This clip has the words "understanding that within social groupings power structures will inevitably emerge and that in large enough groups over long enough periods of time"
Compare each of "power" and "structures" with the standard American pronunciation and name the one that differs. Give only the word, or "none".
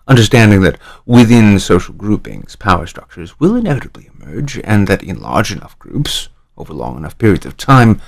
none